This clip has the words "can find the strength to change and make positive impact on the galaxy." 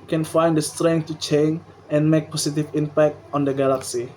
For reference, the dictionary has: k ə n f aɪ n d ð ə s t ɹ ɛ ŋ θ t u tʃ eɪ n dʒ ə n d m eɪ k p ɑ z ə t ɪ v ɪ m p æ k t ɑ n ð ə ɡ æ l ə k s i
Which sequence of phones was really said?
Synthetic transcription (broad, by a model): k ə n f aɪ n d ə s t ɹ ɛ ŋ t u tʃ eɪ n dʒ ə n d m eɪ k p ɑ s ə t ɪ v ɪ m p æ k t ɑ n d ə ɡ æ l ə k s i